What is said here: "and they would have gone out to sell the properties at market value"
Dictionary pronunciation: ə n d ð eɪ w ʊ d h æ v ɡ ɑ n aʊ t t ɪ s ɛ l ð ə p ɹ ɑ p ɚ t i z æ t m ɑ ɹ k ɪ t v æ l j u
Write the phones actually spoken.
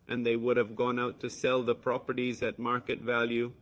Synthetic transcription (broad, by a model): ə n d ð eɪ w ʊ d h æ v ɡ ɑ n aʊ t t ɪ s ɛ l ð ə p ɹ ɑ p ɚ t i z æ t m ɑ ɹ k ɪ t v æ l j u